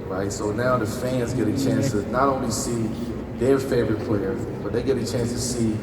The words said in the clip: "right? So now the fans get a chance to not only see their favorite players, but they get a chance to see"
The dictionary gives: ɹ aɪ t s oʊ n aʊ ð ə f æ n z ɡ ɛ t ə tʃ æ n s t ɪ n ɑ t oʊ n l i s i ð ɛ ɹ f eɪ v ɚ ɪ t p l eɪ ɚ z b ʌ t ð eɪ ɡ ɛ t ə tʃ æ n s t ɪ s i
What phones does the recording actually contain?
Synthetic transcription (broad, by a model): ɹ aɪ t s oʊ n aʊ ð ə f æ n z ɡ ɛ t ə tʃ æ n s t ɪ n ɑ t oʊ n l i s i ð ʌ ɹ f eɪ v ɚ ɪ t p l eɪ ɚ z b ʌ t ð eɪ ɡ ɛ t ə tʃ æ n s t ɪ s i